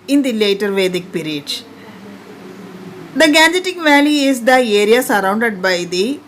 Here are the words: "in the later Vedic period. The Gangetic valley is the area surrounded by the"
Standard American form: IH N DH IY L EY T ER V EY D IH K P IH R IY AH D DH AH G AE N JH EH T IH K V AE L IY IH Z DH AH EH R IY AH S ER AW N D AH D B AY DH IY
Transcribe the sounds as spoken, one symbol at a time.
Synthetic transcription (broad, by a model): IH N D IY L EY T ER V EY D IH K P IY R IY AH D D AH G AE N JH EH T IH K V AE L IY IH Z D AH EH R IY AH S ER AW N D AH D B AY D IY